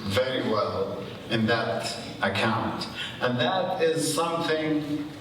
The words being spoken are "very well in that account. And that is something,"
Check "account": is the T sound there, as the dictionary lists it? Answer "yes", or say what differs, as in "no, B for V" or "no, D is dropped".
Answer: yes